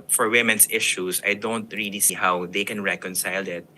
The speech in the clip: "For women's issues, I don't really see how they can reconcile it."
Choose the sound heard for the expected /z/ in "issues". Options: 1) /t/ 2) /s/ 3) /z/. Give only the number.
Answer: 2